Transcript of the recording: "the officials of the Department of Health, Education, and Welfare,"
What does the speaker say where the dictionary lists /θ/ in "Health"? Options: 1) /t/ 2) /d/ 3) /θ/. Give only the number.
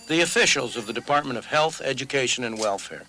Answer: 3